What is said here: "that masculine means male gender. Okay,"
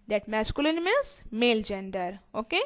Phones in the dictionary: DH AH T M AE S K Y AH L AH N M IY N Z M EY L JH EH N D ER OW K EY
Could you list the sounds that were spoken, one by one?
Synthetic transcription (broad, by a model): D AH T M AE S K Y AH L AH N M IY Z M EY L JH EH N D ER OW K EY